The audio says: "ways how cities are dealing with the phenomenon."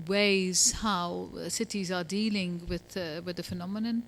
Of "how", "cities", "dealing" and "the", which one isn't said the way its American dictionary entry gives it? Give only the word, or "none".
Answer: none